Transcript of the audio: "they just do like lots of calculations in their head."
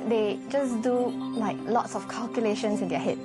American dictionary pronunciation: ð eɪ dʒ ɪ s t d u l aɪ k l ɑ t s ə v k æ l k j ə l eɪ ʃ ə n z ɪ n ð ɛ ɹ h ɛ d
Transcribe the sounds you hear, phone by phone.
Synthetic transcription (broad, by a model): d eɪ dʒ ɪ s d u l aɪ k l ɑ t s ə f k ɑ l k j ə l eɪ ʃ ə n s ɪ n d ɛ h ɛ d